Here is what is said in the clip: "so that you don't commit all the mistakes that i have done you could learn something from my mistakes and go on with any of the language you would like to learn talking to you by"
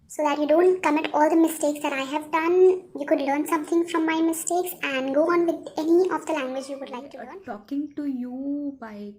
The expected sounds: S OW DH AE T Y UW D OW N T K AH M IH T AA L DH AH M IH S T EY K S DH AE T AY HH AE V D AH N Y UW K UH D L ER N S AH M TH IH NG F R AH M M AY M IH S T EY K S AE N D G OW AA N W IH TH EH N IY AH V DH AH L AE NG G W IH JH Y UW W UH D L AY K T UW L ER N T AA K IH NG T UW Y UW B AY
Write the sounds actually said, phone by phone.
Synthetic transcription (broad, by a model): S OW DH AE T Y UW D OW N T K AH M IH T AA L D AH M IH S T EY K S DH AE T AY HH AE V D AH N Y UW K UH D L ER N S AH M T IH NG F R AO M M AY M IH S T EY K S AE N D G OW AA N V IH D EH N IY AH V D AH L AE NG G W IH JH Y UW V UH D L AY K T UW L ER N T AA K IH NG T UW Y UW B AY